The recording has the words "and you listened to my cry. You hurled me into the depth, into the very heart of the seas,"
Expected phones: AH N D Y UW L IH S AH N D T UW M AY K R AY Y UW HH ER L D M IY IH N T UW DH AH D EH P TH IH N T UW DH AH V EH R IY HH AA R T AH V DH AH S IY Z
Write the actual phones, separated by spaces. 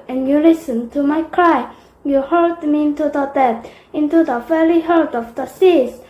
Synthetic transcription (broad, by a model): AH N Y UW L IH S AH N T UW M AY K R AY Y UW HH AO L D M IY IH N T UW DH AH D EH TH IH N T UW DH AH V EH L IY HH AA L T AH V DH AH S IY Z